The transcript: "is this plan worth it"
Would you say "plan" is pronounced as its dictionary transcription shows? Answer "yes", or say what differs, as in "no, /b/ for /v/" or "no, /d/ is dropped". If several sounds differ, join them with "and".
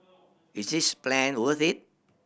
yes